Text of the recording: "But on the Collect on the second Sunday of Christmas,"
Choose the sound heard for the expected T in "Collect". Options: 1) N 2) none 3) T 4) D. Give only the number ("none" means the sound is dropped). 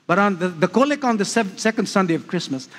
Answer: 2